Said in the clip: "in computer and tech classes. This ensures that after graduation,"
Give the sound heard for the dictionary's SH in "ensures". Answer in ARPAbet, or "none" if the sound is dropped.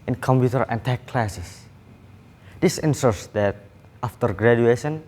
S